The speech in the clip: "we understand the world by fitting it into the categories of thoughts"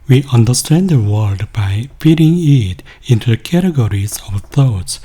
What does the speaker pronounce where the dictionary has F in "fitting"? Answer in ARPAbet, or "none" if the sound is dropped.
P